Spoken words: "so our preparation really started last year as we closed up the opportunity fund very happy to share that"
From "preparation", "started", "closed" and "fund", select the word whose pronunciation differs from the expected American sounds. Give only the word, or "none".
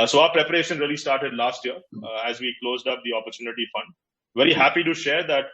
none